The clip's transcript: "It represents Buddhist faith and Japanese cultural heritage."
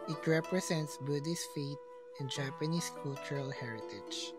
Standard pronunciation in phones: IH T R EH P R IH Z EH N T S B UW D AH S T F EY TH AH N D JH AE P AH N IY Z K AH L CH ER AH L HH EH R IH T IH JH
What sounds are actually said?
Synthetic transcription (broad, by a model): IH T R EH P R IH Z EH N T S B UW D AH S F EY T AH N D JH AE P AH N IY S K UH L CH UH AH L HH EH R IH T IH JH